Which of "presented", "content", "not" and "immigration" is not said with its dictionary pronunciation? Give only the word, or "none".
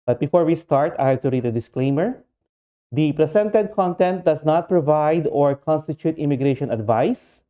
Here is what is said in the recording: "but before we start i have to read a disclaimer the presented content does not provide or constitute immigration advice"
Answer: presented